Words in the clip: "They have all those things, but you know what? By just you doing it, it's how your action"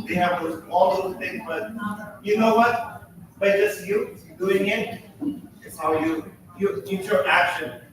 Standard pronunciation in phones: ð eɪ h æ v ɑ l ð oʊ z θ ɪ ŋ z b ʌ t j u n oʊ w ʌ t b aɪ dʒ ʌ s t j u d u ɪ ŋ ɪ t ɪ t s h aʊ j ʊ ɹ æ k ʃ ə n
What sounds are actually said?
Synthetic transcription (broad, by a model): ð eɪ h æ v ɑ l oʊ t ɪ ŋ b ʌ t j u n oʊ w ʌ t b aɪ dʒ ʌ s t j u d u ɪ ŋ ɪ t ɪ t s h aʊ j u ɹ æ k ʃ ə n